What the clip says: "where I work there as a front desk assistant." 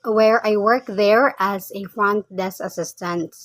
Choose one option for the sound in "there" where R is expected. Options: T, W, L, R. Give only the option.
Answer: R